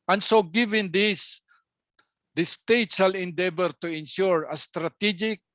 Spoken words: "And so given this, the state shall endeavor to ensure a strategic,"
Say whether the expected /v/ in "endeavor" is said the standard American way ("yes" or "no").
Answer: no